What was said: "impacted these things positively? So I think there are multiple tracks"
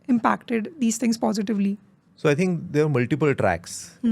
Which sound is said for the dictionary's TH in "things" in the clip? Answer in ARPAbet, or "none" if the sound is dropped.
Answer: T